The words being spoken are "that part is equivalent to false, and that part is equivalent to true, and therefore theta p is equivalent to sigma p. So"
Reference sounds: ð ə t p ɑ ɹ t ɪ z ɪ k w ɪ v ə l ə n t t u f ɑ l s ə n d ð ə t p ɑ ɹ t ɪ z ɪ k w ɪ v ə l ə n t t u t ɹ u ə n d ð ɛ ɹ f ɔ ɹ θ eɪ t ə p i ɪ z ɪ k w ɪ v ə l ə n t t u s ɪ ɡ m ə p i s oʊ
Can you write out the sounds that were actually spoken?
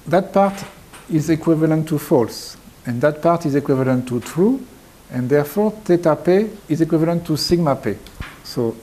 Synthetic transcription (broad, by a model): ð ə t p ɑ ɹ t ɪ z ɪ k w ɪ v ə l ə n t t u f ɑ l s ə n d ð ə t p ɑ ɹ t ɪ z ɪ k w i v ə l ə n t t u t ɹ u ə n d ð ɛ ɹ f ɔ ɹ t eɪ t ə p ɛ ɪ z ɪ k w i v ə l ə n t t u s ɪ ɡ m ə p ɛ s oʊ